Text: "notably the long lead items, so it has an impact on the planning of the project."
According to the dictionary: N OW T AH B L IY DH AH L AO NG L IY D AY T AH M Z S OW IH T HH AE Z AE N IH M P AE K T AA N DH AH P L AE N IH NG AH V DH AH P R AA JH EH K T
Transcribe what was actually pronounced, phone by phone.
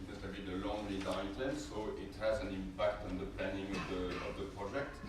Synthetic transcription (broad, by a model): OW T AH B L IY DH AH L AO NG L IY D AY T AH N S OW IH T HH AE Z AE N IH M P AE K T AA N DH AH P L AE N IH NG AH V DH AH P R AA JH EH K T